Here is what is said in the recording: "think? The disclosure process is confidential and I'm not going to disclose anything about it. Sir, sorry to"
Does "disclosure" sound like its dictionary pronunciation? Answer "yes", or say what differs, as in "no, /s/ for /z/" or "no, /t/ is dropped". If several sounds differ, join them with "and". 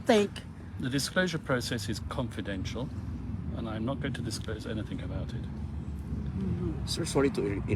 yes